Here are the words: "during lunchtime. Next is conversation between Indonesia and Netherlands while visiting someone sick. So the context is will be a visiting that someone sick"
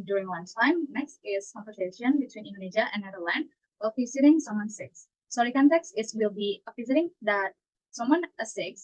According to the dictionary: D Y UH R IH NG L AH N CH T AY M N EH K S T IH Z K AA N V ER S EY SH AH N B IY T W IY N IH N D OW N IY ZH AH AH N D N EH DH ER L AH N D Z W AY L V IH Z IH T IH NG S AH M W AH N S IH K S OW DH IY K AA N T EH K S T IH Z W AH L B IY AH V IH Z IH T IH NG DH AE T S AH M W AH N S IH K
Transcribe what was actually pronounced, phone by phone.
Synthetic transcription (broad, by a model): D Y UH R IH NG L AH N S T AY M N EH K S T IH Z K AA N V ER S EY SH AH N B IY T W IY N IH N D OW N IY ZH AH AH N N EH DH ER L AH N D W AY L P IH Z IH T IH NG S AH M W AH N S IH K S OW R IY K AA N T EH K S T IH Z W AH L B IY AH P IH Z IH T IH NG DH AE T S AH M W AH N S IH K